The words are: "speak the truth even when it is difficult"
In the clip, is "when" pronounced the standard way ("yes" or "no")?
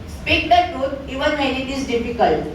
no